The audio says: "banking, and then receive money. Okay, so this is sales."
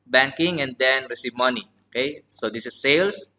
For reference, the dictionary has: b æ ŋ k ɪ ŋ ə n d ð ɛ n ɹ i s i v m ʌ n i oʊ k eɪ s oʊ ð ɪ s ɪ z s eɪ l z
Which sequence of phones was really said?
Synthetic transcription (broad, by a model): b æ ŋ k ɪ ŋ ə n d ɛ n ɹ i s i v m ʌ n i oʊ k eɪ s oʊ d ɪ s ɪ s eɪ l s